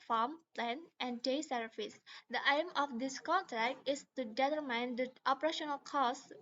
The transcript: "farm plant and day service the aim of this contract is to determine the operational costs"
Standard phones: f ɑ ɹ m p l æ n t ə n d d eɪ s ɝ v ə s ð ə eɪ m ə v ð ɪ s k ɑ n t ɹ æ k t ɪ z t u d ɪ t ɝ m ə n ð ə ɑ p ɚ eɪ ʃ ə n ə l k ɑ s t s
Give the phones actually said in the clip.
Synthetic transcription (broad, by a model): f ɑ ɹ m p l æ n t ə n d d eɪ s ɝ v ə s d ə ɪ m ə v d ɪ s k ɑ n t ɹ æ k t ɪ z t u d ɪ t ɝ m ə n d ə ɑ p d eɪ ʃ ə n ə l k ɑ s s